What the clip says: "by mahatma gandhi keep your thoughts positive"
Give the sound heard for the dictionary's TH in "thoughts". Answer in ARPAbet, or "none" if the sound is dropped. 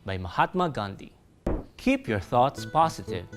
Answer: TH